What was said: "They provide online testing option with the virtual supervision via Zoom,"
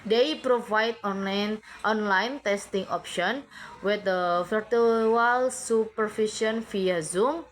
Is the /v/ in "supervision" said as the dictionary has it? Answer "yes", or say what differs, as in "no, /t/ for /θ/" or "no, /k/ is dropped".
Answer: no, /f/ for /v/